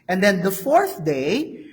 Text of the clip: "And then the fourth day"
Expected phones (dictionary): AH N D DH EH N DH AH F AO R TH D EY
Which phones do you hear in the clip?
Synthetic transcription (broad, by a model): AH N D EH N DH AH F AO R TH D EY